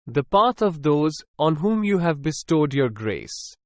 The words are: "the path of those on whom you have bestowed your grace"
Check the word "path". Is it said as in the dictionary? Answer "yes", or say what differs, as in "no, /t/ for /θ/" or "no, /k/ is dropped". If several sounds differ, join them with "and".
no, /t/ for /θ/